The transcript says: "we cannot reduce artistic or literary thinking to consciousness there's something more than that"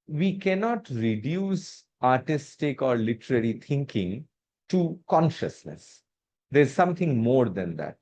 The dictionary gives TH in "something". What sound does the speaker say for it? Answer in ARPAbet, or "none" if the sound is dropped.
T